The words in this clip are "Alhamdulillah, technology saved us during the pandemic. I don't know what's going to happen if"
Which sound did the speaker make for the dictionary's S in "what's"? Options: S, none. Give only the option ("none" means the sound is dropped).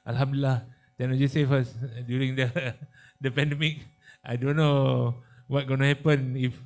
none